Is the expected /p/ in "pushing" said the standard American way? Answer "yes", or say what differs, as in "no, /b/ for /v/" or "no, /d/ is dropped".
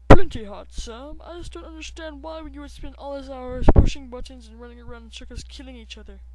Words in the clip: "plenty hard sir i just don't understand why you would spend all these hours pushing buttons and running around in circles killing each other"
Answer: yes